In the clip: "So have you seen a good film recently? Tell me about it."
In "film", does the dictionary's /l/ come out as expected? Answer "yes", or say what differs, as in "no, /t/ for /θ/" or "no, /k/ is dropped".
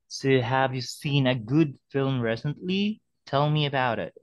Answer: yes